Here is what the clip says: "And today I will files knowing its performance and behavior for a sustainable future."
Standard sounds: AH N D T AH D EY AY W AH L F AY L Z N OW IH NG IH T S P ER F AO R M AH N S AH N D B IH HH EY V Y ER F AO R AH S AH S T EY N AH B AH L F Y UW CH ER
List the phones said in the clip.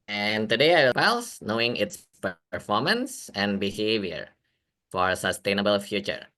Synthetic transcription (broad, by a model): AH N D T AH D EY AY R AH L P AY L S N OW IH NG IH T S P ER F AO R M AH N S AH N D B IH HH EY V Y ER F AO R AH S AH S T EY N AH B AH L F Y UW CH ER